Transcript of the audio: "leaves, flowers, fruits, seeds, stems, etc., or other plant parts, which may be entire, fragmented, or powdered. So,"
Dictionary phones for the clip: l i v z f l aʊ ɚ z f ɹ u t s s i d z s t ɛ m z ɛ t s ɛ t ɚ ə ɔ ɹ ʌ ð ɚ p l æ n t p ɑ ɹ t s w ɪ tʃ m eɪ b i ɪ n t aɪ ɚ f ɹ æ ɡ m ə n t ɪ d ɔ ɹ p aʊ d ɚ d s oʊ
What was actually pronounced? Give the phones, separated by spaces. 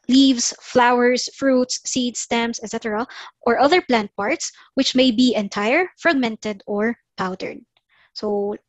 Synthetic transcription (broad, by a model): l i v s f l aʊ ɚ s f ɹ u t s s i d s t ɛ m s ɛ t s ɛ t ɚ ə ɔ ɹ ʌ ð ɚ p l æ n t p ɑ ɹ t s w ɪ tʃ m eɪ b i ɪ n t aɪ ɚ f ɹ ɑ ɡ m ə n t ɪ d ɔ ɹ p aʊ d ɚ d s oʊ